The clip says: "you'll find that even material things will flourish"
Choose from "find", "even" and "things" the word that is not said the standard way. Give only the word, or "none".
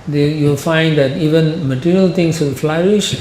things